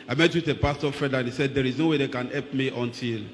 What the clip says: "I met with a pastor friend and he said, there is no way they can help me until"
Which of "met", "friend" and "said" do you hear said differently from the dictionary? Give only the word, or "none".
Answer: friend